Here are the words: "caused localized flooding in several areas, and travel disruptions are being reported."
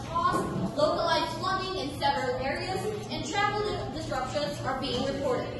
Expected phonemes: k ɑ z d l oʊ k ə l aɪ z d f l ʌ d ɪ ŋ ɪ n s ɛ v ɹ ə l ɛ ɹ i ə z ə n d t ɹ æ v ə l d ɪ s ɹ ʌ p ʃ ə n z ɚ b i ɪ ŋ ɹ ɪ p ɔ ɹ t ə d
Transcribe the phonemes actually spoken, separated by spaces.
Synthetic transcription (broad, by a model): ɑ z l oʊ k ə l aɪ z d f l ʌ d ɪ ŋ ɪ n s ɛ v ɹ ə l ɛ ɹ i ə z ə n t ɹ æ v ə l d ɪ s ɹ ʌ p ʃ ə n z ɚ b i ɪ ŋ ɹ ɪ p ɔ ɹ t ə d